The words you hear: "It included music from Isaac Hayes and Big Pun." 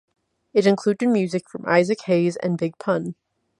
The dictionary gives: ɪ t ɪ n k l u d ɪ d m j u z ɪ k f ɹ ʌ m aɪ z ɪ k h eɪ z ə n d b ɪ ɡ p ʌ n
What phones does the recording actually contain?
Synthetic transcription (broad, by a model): ɪ t ɪ n k l u d ɪ d m j u z ɪ k f ɹ ʌ m aɪ z ɪ k h eɪ z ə n b ɪ ɡ p ʌ n